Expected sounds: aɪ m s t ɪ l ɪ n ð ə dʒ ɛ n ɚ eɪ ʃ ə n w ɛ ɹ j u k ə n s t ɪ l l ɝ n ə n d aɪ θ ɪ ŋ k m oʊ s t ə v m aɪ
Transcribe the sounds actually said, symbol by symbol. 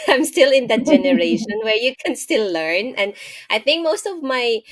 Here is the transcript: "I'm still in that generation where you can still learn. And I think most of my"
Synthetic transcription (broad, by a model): aɪ m s t ɪ l ɪ n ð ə dʒ ɛ n ɚ eɪ ʃ ə n w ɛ ɹ j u k ə n s t ɪ l l ɝ n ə n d aɪ θ ɪ ŋ k m oʊ s t ə v m aɪ